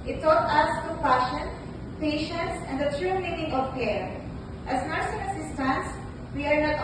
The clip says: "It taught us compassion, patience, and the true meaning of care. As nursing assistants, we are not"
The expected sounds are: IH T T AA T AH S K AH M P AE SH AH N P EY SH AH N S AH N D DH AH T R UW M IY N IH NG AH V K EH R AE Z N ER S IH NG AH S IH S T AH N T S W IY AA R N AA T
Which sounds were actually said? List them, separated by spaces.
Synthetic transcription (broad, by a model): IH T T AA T AH S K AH P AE SH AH N P EY SH AH N S AH N D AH T R UW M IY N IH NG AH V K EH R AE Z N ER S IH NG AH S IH S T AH N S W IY AA R N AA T